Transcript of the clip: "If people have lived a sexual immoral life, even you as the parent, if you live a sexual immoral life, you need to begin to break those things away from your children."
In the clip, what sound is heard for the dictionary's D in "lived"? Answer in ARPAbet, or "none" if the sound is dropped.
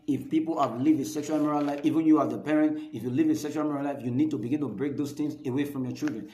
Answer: none